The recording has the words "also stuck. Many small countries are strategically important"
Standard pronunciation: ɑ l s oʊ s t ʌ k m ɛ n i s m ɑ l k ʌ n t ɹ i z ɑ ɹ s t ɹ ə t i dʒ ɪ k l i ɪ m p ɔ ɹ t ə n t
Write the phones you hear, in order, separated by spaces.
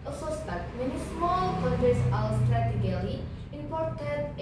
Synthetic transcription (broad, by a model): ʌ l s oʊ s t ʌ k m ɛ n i s m ɑ l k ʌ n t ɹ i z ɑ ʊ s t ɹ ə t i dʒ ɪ l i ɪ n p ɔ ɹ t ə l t